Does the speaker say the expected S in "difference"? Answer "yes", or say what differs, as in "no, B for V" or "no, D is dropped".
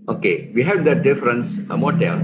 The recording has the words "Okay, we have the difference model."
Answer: yes